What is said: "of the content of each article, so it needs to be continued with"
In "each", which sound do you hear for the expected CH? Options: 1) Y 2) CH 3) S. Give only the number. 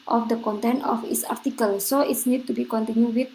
3